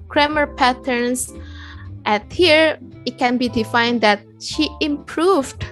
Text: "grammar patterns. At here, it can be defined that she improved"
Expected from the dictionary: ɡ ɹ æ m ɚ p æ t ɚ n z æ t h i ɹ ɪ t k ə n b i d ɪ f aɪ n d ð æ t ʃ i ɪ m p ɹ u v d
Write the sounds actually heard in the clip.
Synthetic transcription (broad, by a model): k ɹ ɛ m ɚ p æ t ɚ n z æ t h i ɹ ɪ t k ə n b i d ɪ f aɪ n d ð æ t ʃ i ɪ m p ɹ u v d